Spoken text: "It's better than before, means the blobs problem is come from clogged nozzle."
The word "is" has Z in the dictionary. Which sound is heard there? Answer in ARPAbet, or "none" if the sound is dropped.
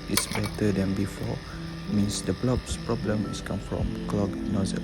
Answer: S